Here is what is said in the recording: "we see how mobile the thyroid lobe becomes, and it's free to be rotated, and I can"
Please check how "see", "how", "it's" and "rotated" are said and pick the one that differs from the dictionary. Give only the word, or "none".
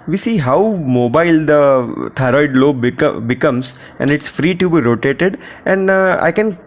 none